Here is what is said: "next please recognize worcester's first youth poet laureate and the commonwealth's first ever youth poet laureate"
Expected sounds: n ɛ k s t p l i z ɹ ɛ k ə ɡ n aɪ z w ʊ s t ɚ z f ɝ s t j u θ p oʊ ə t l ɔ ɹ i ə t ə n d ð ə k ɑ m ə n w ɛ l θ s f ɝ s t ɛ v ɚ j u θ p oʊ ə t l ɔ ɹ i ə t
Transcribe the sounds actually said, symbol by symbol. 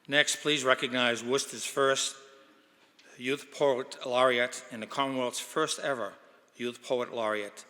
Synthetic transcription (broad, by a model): n ɛ k s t p l i z ɹ ɛ k ə ɡ n aɪ z w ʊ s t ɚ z f ɝ s t j u θ p oʊ ə t l ɔ ɹ i ə t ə n ð ə k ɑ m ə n w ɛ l t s f ɝ s t ɛ v ɚ j u θ p oʊ ə t l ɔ ɹ i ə t